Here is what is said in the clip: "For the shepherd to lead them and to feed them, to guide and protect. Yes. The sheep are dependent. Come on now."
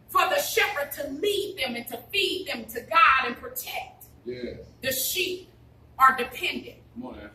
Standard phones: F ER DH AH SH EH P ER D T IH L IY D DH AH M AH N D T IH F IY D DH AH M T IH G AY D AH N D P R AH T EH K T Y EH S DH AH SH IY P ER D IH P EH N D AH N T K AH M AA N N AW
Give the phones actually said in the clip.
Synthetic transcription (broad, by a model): F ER DH AH SH EH P ER D T IH L IY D DH AH M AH N T IH F IY D DH AH M T IH G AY D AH N P R AH T EH K T Y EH DH AH SH IY P ER D IH P EH N D AH N T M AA